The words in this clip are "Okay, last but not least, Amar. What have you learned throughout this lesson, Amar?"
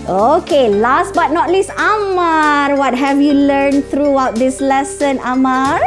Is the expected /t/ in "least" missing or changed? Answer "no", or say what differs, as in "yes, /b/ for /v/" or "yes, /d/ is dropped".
yes, /t/ is dropped